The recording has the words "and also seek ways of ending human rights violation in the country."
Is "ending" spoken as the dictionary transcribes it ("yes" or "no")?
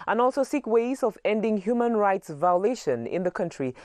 yes